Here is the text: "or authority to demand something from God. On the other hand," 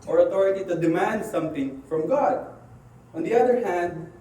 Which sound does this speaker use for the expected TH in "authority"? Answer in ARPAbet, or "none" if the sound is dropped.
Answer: T